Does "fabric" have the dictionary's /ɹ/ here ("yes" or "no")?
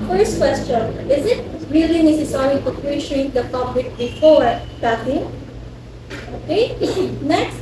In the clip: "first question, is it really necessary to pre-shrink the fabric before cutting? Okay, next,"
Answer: no